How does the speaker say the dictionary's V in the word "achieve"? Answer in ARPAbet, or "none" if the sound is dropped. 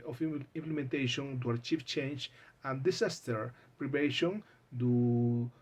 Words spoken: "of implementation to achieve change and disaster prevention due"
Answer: F